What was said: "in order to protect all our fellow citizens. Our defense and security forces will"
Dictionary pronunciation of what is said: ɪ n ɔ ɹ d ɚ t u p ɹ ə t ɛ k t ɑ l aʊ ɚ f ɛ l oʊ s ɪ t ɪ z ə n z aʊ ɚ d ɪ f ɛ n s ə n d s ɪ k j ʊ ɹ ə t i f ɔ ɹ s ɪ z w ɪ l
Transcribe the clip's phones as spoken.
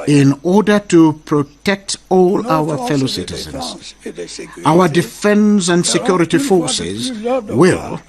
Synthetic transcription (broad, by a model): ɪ n ɔ ɹ d ɚ t u p ɹ ə t ɛ k t ɑ l aʊ ɚ f ɛ l oʊ s ɪ t ɪ z ə n z aʊ ɚ d ɪ f ɛ n s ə n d s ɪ k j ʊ ɹ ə t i f ɔ ɹ s ɪ z w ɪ l